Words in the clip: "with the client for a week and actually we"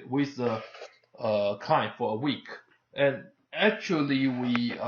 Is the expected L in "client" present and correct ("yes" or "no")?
no